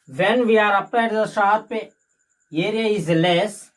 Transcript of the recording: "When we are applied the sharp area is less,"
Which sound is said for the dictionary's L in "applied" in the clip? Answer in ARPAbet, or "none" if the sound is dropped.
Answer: none